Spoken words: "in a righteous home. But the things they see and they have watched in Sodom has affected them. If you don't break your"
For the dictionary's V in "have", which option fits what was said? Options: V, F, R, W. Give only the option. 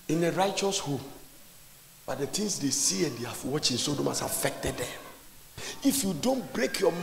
F